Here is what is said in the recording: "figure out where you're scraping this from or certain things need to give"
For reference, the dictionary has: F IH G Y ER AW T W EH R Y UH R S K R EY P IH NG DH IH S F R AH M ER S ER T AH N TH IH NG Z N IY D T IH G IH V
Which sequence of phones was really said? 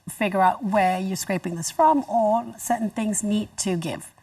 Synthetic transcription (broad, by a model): F IH G Y ER AW T W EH R Y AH R S K R EY P IH NG DH IH S F R AH M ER S ER T N TH IH NG Z N IY D T IH G IH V